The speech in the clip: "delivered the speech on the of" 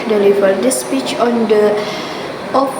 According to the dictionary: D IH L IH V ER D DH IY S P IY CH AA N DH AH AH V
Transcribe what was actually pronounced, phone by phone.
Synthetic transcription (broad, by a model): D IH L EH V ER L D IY S P IY CH AA N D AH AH